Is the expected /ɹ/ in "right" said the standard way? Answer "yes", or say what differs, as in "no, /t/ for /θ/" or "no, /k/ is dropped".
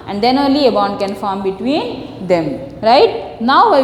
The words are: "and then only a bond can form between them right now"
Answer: yes